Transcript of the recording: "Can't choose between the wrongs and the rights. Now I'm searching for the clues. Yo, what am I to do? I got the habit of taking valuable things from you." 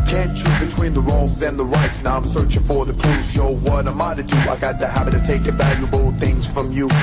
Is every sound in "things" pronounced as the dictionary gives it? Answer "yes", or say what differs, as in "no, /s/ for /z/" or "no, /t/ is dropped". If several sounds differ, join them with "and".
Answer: yes